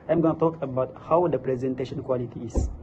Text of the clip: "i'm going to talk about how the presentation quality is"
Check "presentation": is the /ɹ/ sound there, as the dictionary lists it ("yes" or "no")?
yes